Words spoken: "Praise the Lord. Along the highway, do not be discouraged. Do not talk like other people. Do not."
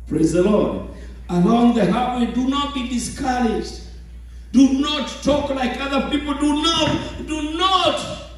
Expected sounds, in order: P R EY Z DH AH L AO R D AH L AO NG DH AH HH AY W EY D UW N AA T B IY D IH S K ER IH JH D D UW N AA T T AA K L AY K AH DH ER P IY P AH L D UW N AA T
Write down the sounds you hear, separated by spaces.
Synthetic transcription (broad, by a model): P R EY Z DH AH L AO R D AH L AO NG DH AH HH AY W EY D UW N AA T B IY D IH S K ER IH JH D D UW N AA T T AA K L AY K AH DH ER P IY P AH N D UW N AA T